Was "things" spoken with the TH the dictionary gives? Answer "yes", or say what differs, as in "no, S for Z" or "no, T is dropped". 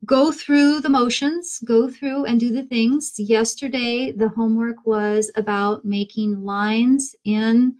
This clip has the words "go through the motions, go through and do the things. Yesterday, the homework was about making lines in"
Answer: yes